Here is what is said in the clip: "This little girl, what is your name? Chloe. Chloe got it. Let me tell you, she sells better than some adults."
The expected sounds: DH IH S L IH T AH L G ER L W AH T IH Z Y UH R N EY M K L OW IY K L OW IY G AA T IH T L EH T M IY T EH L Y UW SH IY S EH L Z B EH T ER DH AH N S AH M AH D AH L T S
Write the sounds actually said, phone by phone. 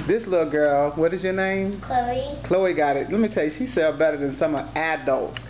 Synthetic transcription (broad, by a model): DH IH S L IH T L G ER L W AH T IH Z Y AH R N EY M K L OW IY K L OW IY G AA T IH T L EH T M IY T EH L Y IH SH IY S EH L B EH T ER DH AH N S AH M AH D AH L T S